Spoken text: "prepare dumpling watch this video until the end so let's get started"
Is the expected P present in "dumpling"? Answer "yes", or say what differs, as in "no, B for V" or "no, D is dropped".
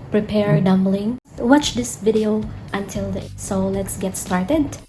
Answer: no, B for P